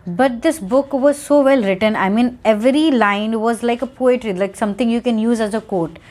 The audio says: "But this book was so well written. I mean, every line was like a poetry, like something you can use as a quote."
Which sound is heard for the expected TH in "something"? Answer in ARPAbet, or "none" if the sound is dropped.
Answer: T